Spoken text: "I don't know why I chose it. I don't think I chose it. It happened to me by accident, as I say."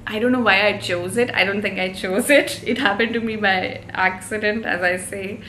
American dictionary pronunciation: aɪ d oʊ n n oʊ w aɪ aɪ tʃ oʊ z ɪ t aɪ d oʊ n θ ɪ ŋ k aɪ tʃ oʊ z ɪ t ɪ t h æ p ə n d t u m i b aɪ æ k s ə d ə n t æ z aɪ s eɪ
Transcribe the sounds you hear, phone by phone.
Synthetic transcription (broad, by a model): aɪ d oʊ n n oʊ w aɪ aɪ tʃ oʊ z ɪ t aɪ d oʊ n t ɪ ŋ k aɪ tʃ oʊ z ɪ t ɪ t h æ p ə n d t u m i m aɪ æ k s ə d ə n t æ z aɪ s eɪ